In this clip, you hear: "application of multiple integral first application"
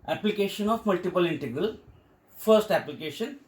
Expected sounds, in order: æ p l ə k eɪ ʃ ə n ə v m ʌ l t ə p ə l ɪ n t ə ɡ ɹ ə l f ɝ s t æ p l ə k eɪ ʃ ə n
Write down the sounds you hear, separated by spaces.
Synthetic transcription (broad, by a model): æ p l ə k eɪ ʃ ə n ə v m ʌ l t ə p ə l ɪ n t ə ɡ ɹ ə l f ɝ s t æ p l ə k eɪ ʃ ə n